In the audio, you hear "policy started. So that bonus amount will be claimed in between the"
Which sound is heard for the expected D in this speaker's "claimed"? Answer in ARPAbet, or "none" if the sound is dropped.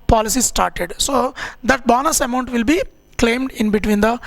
D